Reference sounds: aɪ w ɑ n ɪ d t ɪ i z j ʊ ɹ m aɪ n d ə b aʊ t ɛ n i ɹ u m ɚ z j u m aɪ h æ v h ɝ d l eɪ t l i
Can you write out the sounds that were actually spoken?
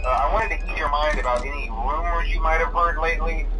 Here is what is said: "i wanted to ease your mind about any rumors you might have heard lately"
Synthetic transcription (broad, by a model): aɪ w ɑ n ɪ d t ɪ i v j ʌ ɹ m aɪ n d ə b aʊ t ɛ n i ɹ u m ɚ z j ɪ m aɪ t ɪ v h ɝ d l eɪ t l i